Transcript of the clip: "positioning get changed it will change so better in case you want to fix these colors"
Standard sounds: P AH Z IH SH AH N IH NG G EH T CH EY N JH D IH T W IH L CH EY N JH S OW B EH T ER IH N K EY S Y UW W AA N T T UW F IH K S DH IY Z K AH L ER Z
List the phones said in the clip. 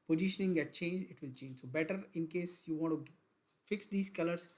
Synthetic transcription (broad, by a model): P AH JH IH SH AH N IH NG G EH T CH EY N JH IH T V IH L CH EY N JH S OW B EH T ER IH N K EY S Y UW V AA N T T UW F IH K S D IY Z K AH L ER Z